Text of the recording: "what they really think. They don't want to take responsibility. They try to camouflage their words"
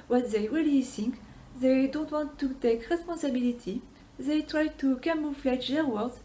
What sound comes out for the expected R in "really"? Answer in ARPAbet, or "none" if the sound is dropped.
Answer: W